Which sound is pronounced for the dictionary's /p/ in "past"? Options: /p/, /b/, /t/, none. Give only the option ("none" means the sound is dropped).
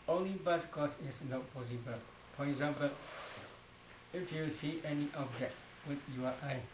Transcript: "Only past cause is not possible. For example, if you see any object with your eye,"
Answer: /b/